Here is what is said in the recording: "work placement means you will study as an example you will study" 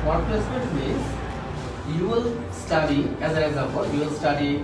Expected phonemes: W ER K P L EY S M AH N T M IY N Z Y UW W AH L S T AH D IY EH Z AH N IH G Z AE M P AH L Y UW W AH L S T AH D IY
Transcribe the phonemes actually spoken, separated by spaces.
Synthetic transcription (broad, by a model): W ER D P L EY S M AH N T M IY N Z Y UW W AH L S T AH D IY EH Z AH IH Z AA P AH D Y UW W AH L S T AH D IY